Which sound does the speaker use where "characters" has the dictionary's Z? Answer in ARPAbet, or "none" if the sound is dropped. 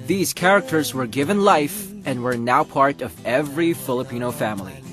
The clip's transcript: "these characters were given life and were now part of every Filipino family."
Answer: Z